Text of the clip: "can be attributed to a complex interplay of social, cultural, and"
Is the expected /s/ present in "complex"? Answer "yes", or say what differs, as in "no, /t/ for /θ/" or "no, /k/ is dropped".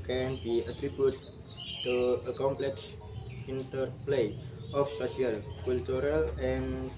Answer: yes